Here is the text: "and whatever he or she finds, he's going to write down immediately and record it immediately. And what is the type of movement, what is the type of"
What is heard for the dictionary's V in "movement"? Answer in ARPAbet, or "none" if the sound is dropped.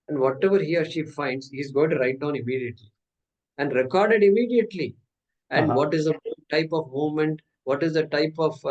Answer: none